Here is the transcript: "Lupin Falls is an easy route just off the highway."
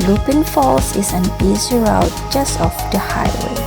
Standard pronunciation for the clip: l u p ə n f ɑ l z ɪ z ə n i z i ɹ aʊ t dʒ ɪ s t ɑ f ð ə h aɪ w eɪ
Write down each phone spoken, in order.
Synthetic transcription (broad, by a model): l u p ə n f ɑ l s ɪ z ə n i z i ɹ aʊ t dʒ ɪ s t ɑ f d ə h aɪ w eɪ